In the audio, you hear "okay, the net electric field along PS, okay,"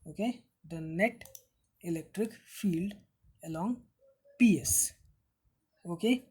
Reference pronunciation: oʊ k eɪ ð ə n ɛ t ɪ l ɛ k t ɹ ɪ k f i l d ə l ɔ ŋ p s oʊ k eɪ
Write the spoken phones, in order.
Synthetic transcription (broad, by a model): oʊ k eɪ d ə n ɛ t ɪ l ɛ k t ɹ ɪ k f i l d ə l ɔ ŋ p s oʊ k eɪ